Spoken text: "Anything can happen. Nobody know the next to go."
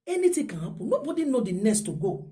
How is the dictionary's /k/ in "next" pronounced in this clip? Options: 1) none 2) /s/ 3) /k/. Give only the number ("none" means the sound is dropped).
1